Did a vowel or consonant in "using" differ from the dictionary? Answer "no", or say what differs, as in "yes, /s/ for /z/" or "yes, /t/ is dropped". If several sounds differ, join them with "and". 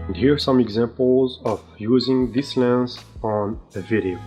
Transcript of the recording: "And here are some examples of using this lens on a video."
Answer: no